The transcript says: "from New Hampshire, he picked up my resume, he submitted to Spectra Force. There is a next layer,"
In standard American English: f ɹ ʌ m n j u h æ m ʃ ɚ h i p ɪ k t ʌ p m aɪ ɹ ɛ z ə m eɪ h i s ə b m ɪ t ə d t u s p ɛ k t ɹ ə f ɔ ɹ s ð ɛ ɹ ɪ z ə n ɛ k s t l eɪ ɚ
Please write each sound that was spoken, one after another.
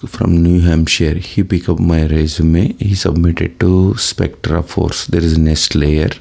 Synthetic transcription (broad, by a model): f ɹ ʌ m n j u h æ m ʃ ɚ h i p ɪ k ʌ p m aɪ ɹ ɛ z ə m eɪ h i s ə b m ɪ t ə d t u s p ɛ k t ɹ ə f ɔ ɹ s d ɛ ɹ ɪ z ə n ɛ k s t l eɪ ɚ